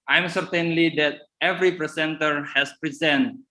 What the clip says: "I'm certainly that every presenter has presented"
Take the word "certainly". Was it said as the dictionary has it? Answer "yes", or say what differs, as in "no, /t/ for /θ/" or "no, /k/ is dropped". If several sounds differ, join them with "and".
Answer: yes